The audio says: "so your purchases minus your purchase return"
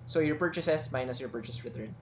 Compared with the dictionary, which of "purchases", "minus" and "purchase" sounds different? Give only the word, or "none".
purchases